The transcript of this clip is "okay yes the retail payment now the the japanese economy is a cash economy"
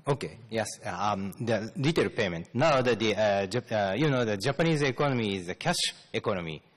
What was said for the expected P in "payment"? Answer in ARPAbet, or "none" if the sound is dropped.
P